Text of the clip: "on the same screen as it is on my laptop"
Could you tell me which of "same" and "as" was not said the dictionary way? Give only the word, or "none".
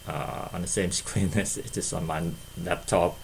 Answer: as